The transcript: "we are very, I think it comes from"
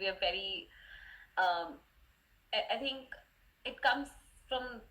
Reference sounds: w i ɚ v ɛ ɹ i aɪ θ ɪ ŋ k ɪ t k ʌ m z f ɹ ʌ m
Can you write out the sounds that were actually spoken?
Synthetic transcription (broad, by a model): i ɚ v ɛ ɹ i aɪ t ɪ ŋ k ɪ t k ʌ m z f ɹ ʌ m